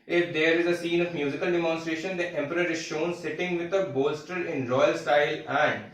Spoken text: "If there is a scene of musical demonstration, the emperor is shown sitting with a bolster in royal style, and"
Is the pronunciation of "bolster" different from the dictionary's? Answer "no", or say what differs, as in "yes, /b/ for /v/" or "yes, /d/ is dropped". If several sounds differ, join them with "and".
no